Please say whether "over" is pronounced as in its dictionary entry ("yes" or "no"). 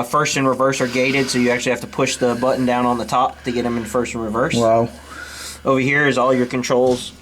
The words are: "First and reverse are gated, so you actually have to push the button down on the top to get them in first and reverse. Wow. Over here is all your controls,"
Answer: yes